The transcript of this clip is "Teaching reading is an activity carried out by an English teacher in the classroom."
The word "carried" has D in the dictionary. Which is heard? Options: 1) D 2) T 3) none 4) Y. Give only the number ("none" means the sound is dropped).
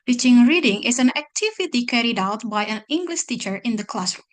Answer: 1